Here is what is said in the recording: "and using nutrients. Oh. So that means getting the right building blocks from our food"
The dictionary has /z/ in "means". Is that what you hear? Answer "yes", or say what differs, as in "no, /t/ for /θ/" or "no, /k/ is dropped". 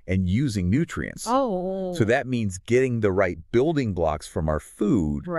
yes